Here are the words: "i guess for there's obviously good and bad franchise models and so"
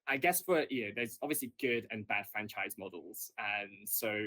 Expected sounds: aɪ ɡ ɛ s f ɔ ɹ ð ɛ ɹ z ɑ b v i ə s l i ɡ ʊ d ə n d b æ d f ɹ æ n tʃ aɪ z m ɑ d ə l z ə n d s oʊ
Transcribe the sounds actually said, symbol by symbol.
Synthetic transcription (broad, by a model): aɪ ɡ ɛ s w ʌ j ð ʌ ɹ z ɑ b v i ə s l i ɡ ʊ d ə n b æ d f ɹ æ n tʃ aɪ z m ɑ d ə l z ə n s oʊ